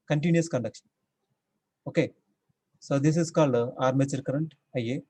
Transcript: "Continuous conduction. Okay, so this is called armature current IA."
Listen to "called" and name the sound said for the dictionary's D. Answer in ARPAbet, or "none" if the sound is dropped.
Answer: D